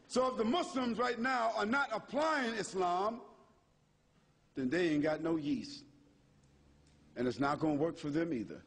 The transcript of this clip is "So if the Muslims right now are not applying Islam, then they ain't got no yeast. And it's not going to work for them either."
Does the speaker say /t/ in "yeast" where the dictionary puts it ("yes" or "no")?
no